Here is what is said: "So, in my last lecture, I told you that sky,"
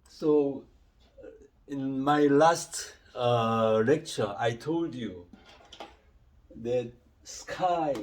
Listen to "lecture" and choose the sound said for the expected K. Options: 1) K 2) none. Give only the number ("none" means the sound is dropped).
1